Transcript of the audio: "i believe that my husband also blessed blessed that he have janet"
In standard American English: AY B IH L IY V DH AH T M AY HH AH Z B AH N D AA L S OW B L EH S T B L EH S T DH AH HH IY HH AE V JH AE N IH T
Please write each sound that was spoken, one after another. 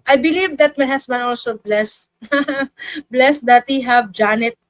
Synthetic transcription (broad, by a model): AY B IH L IY V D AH T M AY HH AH S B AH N AA L S OW B L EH S B L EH S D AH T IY HH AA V JH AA N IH T